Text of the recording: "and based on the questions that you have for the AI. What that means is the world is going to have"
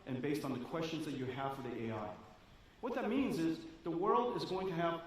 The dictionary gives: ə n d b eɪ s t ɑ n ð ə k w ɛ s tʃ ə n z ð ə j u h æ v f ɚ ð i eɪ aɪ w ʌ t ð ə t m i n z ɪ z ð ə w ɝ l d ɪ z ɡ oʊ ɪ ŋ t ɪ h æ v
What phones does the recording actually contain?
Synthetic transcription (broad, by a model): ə n b eɪ s t n ð ə k w ɛ s tʃ ə n z ð ə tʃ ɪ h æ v f ɚ ð i eɪ aɪ w ʌ t ð ə t m i n z ɪ z ð ə w ɝ l d ɪ z ɡ oʊ ɪ ŋ t ɪ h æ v